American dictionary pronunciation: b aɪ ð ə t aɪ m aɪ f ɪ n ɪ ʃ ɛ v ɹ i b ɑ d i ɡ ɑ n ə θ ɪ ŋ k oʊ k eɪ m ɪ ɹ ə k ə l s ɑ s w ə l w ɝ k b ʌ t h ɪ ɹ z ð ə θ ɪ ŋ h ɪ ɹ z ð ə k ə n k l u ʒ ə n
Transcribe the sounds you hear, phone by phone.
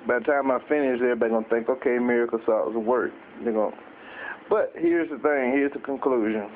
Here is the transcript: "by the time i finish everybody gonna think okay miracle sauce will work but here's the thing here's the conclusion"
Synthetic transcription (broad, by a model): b aɪ ð ə t aɪ m aɪ f ɪ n ɪ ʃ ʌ ɹ b ɑ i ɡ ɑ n θ ɪ ŋ k oʊ k eɪ m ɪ ɹ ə k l s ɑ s w ə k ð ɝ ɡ b ʌ t h ɪ ɹ z ð ə θ ɪ ŋ h ɪ ɹ z ð ə k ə n k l u ʒ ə n